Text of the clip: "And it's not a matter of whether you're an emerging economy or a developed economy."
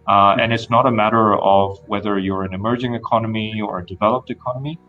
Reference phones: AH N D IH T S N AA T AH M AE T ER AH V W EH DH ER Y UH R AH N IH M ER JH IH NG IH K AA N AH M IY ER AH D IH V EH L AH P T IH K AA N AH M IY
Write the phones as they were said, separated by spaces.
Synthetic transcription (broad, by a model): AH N IH T S N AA T AH M AE T ER AH V W EH DH ER Y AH R AH N IH M ER JH IH NG IH K AA N AH M IY ER AH D IH V EH L AH P T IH K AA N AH M IY